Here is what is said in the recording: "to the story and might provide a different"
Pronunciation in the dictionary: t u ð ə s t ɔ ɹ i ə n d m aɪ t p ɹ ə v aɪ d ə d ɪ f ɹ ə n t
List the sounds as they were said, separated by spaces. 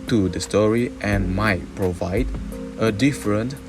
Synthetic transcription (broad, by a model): t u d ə s t ɔ ɹ i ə n m aɪ t p ɹ ə v aɪ d ə d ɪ f ɹ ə n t